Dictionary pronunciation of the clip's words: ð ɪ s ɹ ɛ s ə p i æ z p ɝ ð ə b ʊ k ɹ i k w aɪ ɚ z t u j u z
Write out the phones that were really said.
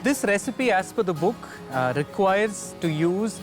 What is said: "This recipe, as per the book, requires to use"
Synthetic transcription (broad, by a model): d ɪ s ɹ ɛ s ə p i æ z f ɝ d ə b ʊ k ɹ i k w aɪ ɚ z t u j u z